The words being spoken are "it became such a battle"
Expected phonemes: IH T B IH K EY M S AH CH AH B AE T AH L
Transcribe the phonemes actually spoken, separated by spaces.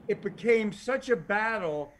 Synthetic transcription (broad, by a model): IH T B IH K EY M S AH CH AH B AE T L